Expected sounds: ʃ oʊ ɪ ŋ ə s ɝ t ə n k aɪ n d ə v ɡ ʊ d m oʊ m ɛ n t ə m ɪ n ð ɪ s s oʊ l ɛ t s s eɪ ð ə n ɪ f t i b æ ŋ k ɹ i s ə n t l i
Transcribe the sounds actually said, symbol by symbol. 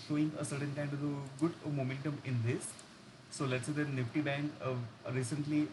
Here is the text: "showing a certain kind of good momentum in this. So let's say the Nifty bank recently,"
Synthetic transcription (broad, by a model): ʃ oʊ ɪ ŋ ə s ɝ t ə n k aɪ n d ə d ɡ ʊ d m oʊ m ɛ n t ə m ɪ n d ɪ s s oʊ l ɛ t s s eɪ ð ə n ɪ f t i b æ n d ɹ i s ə n t l i